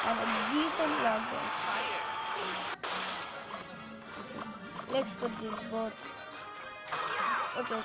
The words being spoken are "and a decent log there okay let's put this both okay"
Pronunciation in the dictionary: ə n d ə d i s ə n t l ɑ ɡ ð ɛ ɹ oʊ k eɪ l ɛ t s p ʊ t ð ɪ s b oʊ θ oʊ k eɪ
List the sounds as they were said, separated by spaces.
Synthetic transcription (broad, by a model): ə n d ə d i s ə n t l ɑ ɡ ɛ oʊ k eɪ l ɛ t s p ʊ t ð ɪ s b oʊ t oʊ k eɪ